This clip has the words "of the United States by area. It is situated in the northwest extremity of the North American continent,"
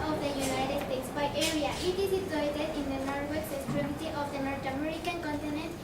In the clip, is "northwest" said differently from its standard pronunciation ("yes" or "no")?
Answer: yes